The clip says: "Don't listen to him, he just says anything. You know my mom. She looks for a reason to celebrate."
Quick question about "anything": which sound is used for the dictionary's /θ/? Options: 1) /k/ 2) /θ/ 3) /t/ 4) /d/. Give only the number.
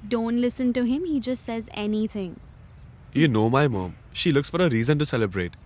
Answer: 3